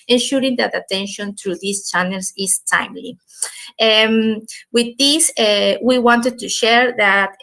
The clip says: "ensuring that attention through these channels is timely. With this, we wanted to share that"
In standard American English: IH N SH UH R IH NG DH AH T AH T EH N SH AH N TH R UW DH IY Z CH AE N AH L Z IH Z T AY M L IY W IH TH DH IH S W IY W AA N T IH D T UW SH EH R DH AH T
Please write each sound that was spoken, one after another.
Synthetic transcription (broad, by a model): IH N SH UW R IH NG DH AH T AH T EH N SH AH N T R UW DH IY S CH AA N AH L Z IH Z T AY M L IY W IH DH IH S W IY W AA N T IH D T UW SH EH R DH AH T